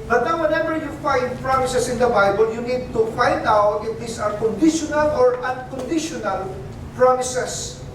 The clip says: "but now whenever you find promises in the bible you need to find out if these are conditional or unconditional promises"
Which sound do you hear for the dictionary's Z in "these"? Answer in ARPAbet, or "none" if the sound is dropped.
S